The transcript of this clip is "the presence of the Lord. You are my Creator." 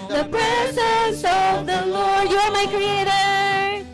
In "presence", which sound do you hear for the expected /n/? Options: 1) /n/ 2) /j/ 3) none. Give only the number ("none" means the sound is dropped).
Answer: 3